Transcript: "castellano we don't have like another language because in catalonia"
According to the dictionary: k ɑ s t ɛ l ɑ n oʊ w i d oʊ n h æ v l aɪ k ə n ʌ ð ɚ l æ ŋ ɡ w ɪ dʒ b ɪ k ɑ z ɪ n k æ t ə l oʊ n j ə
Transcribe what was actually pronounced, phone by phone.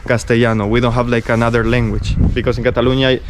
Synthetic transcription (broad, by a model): k ɑ s t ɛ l ɑ n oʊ w i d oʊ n h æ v l aɪ k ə n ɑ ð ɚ l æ ŋ ɡ w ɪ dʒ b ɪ k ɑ s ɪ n k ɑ t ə l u n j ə